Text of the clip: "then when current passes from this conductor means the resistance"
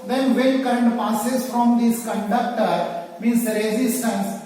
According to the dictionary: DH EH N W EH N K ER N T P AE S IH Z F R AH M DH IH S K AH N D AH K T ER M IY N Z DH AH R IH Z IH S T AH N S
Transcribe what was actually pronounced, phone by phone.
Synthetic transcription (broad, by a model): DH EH N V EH L K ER N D P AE S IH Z F R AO M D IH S K AH N D AH K T ER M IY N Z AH R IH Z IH S T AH N S